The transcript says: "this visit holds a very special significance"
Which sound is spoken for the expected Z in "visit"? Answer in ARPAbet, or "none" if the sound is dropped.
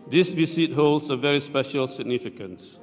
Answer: S